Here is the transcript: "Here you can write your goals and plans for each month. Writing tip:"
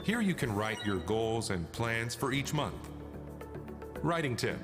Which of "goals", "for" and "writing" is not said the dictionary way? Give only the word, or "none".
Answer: none